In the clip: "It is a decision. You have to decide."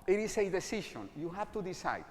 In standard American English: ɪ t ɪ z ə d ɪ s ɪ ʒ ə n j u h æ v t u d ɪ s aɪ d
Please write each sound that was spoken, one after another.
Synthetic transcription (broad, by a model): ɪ t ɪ s ə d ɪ s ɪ ʃ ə n j u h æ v t u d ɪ s aɪ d